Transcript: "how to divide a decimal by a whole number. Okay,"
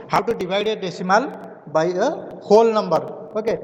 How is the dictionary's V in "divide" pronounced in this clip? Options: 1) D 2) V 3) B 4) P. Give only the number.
3